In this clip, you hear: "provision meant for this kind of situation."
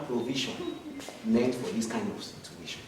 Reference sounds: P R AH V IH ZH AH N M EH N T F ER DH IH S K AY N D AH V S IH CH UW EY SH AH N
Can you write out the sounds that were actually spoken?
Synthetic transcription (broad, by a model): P R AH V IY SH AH N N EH T F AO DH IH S K AY N D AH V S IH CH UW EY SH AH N